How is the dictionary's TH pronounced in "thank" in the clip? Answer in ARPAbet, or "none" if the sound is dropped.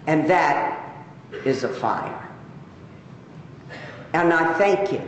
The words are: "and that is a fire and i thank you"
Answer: TH